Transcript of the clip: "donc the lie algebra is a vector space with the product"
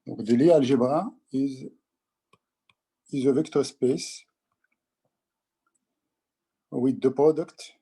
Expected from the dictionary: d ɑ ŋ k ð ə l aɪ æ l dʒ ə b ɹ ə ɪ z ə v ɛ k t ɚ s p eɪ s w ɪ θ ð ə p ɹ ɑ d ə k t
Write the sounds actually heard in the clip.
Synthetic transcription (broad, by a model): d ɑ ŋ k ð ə l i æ l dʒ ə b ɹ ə ɪ z ə v ɛ k t ɚ s p eɪ s w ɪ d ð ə p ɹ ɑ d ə k t